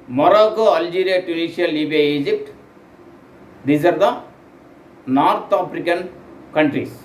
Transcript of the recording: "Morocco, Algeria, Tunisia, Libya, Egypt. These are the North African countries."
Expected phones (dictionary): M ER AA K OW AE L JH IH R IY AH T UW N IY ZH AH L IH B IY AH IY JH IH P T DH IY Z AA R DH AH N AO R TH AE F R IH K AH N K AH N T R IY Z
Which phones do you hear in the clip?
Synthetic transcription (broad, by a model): M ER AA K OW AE L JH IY R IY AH T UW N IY SH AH L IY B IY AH IY JH IH P T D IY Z AA R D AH N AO R T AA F R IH K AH N K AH N T R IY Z